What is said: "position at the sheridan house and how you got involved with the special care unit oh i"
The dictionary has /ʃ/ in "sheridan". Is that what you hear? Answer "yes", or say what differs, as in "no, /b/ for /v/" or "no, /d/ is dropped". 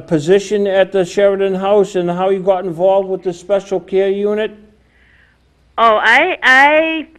yes